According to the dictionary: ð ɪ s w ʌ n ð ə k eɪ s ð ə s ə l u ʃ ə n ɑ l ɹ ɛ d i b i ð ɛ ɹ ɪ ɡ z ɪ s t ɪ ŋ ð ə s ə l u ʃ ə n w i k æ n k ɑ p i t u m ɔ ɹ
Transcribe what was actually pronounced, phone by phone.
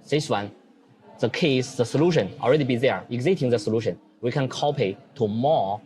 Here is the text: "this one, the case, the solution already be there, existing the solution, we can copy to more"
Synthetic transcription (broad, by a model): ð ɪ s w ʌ n ð ə k eɪ s ð ə s ə l u ʃ ə n ɑ l ɹ ɛ d i b i ð ɛ ɹ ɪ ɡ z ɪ t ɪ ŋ ð ə s ə l u ʃ ə n w i k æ n k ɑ p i t u m ɔ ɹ